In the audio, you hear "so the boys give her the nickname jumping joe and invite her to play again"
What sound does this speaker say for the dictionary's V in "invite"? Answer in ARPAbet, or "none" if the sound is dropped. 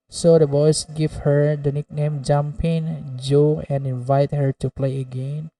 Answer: V